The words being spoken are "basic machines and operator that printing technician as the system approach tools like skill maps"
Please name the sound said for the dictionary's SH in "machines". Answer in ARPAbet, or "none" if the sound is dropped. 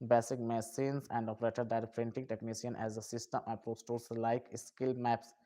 S